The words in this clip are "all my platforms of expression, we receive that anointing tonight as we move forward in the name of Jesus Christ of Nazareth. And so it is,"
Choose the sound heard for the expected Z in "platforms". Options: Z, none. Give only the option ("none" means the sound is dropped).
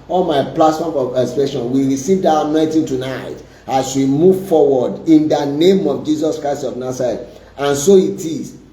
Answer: none